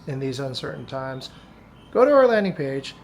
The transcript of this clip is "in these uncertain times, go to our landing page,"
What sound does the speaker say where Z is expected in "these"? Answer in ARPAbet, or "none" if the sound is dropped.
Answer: Z